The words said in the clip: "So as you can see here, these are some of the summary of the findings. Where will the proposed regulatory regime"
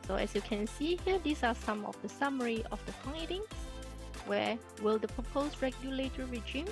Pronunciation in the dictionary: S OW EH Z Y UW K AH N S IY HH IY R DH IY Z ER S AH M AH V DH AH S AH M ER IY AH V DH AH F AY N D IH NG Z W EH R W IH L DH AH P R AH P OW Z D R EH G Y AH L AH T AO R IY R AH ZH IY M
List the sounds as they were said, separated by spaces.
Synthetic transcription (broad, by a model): S OW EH S Y UW K AH N S IY HH IY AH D IY S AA S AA M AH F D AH S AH M ER IY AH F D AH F AY D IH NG S W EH W IH L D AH P R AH P OW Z R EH G Y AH L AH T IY R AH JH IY M